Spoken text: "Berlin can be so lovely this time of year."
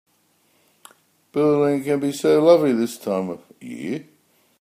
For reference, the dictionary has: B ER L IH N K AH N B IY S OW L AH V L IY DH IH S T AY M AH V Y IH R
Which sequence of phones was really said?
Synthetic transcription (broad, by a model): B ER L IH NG K AH N B IY S OW L AH V L IY DH IH S T AY M AH V Y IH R